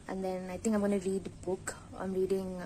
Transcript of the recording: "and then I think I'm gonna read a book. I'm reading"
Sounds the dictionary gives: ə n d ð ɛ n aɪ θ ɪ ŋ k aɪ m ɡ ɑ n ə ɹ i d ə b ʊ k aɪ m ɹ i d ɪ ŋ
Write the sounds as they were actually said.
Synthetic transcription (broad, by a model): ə n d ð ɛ n aɪ t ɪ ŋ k aɪ m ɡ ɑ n ɹ i d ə b ʊ k aɪ m ɹ i d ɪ ŋ